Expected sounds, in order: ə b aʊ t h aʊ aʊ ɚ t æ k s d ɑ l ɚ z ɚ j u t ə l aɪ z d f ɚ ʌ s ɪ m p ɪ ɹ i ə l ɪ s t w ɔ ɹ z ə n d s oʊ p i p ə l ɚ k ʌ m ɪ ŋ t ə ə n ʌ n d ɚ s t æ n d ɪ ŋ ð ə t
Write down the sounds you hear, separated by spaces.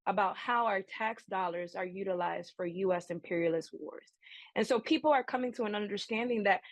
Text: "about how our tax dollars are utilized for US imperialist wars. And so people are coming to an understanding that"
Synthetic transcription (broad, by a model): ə b aʊ t h aʊ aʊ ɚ t æ k s d ɑ l ɚ z ɚ j u t ə l aɪ z d f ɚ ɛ s ɪ m p ɪ ɹ i ə l ɪ s t w ɔ ɹ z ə n s oʊ p i p l ɚ k ʌ m ɪ ŋ t ə ə n ʌ n d ɚ s t æ n d ɪ ŋ ð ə t